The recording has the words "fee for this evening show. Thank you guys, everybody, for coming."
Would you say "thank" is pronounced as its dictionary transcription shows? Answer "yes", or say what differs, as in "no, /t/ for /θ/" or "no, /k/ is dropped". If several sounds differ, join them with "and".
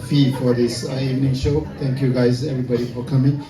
no, /t/ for /θ/